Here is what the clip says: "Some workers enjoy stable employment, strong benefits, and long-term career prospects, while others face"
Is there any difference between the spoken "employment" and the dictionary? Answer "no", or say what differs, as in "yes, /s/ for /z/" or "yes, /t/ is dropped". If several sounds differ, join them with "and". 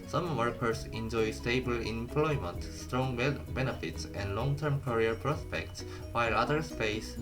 no